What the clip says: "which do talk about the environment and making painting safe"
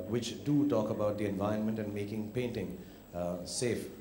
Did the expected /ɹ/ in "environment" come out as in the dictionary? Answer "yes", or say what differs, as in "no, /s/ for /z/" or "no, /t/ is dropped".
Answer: no, /ɹ/ is dropped